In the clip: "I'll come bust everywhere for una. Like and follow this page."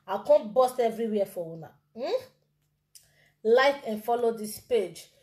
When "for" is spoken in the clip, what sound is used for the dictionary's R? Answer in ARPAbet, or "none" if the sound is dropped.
W